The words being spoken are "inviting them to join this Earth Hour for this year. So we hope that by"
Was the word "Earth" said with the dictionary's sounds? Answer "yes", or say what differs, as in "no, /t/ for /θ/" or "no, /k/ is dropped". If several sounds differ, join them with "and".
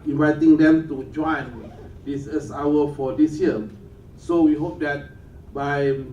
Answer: no, /s/ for /θ/